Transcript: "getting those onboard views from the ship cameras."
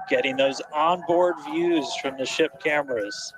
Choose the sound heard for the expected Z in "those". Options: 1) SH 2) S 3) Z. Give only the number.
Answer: 3